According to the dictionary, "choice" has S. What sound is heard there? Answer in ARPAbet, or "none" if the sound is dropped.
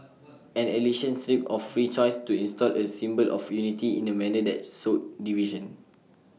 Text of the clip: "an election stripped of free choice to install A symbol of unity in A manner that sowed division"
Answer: S